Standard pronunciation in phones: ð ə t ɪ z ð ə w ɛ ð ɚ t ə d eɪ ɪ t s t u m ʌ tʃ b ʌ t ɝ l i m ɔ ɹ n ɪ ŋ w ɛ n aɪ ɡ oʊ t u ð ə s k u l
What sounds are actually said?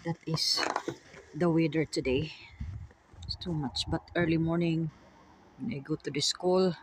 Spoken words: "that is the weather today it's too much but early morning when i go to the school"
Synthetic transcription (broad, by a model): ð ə t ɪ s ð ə w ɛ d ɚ t ə d eɪ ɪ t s t u m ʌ tʃ b ʌ t ɝ l i m ɔ ɹ n ɪ ŋ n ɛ ɪ ɡ oʊ t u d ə s k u l